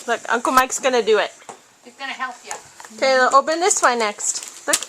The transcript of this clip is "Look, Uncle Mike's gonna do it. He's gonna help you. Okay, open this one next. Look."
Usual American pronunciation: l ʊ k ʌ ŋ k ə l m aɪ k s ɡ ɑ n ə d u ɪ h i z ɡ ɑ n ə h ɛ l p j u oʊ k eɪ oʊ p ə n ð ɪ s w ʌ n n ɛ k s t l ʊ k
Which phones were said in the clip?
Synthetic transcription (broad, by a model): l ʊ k ʌ ŋ k ə l m aɪ k s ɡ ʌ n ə d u ɪ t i s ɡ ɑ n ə h ɛ l p j u oʊ k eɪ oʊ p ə n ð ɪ s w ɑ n n ɛ k s t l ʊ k